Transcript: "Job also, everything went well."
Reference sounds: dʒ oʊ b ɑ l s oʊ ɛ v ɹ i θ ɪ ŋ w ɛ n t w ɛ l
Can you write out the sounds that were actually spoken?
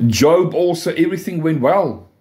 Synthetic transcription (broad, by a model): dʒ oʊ b ɑ l s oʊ ɛ v ɹ i θ ɪ ŋ w ɛ n t w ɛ l